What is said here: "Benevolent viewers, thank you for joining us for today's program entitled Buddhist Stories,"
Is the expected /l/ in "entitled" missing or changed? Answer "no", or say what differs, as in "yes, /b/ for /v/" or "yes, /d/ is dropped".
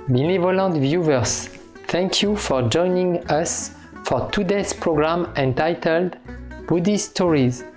no